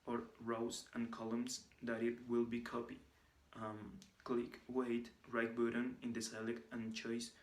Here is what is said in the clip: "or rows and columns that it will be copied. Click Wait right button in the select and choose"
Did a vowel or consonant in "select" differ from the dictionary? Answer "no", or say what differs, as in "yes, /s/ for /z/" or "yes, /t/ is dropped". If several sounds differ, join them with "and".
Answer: yes, /t/ is dropped